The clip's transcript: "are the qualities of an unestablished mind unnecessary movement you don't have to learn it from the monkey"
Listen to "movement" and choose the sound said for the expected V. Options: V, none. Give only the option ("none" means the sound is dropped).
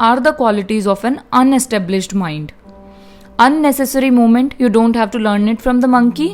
none